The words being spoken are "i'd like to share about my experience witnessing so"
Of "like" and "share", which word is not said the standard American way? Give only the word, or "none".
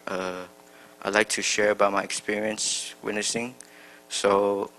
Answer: none